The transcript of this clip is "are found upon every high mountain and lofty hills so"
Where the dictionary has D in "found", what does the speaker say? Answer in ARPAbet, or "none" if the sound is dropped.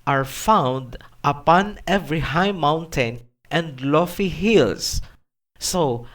D